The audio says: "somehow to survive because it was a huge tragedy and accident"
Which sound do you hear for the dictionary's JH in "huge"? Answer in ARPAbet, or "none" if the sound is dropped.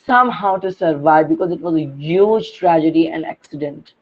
JH